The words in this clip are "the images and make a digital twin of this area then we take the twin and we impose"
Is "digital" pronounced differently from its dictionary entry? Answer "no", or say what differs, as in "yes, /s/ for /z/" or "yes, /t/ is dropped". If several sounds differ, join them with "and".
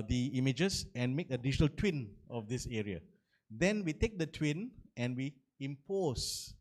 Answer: yes, /ʃ/ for /dʒ/